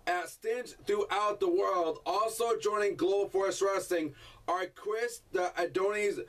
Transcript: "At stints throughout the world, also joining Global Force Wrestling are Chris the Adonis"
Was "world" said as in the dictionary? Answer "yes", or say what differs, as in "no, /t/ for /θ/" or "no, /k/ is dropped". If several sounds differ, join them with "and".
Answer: yes